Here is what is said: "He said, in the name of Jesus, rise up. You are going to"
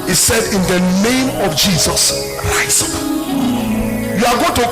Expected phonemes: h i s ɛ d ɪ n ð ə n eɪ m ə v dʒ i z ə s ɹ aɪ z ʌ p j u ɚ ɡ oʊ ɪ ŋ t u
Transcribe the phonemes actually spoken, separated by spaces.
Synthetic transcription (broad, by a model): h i s ɛ d ɪ n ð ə n eɪ m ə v dʒ i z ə s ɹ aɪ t j u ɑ ɡ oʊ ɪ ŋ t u